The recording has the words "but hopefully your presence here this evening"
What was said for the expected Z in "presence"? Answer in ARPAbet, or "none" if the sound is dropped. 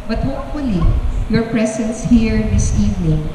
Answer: S